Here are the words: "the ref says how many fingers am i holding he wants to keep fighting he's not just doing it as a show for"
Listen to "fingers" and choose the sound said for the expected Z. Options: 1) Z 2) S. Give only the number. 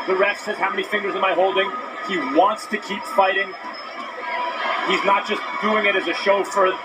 1